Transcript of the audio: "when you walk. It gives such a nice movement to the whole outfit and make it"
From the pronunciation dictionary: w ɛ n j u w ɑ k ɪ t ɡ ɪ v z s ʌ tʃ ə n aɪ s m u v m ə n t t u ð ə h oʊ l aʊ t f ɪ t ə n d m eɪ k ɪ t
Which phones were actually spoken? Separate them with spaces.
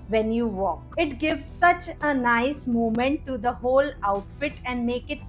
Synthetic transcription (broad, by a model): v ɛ n j u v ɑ k ɪ t ɡ ɪ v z s ʌ tʃ ə n aɪ s m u m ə n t t u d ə h oʊ l aʊ t f ɪ t ə n d m eɪ k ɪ t